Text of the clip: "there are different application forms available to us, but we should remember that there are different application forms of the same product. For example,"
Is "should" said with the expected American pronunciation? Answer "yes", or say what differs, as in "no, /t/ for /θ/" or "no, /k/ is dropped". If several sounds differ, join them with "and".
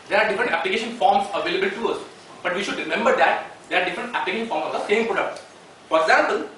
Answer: yes